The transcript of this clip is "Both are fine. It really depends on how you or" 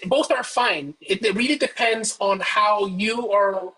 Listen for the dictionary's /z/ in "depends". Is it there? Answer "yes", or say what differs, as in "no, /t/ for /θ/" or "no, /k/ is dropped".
yes